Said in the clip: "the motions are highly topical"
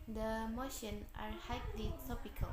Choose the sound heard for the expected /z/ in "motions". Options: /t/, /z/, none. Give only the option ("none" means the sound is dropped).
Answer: none